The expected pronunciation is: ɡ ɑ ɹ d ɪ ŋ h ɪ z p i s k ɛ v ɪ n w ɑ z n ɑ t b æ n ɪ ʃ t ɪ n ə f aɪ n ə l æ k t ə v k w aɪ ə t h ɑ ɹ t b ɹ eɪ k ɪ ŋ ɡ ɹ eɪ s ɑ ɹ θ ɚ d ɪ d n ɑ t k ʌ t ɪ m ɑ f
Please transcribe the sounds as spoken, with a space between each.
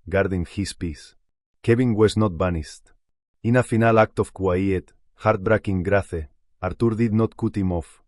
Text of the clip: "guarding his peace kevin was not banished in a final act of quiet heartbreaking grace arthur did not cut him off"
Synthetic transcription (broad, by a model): ɡ ɑ ɹ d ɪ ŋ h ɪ s p i s k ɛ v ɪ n w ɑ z n ɑ t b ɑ n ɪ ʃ t ɪ n ə f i n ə l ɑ k t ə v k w aɪ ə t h ɑ ɹ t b ɹ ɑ k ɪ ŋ ɡ ɹ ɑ θ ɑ ɹ t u d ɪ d n ɑ t k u t ɪ m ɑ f